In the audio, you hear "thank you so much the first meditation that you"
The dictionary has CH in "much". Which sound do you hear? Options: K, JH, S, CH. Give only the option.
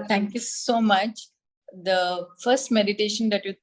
CH